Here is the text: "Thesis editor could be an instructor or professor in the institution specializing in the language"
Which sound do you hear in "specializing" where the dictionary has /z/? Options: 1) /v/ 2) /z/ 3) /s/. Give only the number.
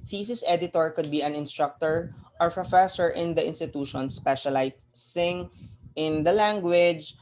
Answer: 3